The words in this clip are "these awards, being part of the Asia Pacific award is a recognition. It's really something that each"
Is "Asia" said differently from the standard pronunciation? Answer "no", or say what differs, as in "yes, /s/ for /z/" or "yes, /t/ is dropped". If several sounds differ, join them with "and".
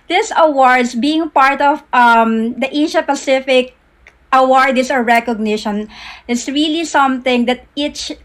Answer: yes, /ʃ/ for /ʒ/